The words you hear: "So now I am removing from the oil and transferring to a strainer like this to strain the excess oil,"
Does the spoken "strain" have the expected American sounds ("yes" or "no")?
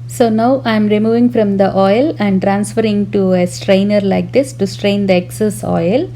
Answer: yes